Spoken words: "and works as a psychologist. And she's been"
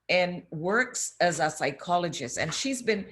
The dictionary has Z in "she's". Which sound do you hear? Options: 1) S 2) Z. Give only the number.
2